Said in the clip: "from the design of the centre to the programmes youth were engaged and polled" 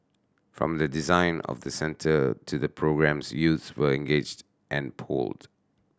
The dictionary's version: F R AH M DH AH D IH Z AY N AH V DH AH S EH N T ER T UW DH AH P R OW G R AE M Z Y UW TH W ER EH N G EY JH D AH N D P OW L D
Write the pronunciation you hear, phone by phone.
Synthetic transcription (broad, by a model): F R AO M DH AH D IH Z AY N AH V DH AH S EH N T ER T UW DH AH P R OW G R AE M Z Y UW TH W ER EH N G EY JH D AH N P OW L D